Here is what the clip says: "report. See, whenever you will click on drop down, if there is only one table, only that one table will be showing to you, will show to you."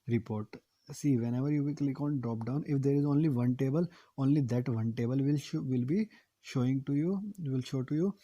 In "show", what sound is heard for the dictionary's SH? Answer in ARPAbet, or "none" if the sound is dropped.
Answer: SH